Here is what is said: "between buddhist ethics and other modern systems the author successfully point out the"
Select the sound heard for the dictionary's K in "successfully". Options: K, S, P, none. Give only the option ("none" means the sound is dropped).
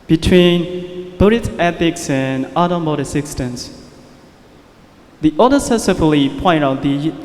none